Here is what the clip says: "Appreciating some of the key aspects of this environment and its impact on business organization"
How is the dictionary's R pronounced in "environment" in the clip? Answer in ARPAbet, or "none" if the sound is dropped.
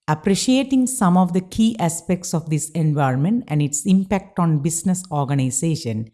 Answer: R